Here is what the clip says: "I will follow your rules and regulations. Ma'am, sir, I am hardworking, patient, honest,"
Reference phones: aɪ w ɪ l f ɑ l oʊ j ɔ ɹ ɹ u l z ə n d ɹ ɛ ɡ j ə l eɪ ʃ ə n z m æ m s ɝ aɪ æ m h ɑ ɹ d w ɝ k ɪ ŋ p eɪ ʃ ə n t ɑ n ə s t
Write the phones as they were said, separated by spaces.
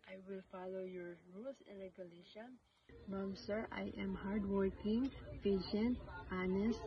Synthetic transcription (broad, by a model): aɪ w ɪ l f ɑ l oʊ j ɔ ɹ ɹ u l s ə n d ɹ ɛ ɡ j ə l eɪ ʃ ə n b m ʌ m s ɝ aɪ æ m h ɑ ɹ d w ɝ k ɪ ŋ f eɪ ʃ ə n t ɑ n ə s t